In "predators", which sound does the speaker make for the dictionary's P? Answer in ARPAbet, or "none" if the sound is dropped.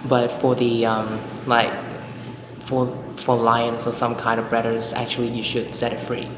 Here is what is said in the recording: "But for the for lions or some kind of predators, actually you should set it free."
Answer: B